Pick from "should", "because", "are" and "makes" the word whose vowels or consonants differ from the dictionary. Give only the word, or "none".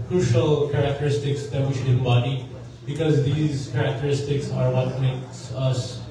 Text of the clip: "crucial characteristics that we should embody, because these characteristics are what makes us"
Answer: none